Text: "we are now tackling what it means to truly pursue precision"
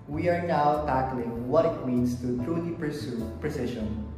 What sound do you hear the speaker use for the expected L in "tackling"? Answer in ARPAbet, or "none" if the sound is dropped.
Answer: L